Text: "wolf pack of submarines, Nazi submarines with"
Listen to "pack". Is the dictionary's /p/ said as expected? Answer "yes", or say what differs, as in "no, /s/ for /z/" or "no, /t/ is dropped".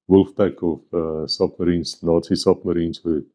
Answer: no, /b/ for /p/